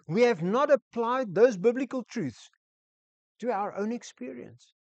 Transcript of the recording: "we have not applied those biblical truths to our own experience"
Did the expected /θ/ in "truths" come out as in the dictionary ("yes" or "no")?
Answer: yes